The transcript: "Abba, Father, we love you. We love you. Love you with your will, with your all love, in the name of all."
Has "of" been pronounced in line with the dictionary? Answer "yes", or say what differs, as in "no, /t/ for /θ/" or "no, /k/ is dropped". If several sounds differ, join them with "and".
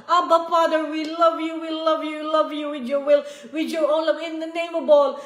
no, /b/ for /v/